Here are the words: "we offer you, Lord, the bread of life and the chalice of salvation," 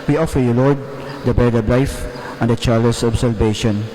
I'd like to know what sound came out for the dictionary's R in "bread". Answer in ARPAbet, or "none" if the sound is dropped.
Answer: none